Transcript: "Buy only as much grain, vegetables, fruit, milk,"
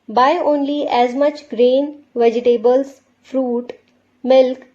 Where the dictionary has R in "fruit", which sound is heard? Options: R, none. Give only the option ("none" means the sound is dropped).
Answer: R